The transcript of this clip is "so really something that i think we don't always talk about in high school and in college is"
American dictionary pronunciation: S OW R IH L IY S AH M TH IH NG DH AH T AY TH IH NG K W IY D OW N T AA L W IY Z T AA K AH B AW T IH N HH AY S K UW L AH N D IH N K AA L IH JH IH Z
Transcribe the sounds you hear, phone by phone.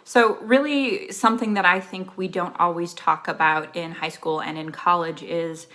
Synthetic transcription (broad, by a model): S OW R IH L IY S AH M TH IH NG DH AH T AY TH IH NG K W IY D OW N T AA L W IY Z T AA K AH B AW T IH N HH AY S K UW L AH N IH N K AA L IH JH IH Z